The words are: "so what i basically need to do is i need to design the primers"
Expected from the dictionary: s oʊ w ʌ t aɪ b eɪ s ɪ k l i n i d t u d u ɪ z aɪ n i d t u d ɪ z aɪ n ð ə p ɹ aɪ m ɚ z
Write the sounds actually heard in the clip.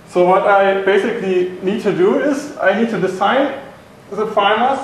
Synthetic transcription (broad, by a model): s oʊ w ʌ t aɪ b eɪ s ɪ k l i n i d t u d u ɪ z aɪ n i d t u d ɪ s aɪ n ð ə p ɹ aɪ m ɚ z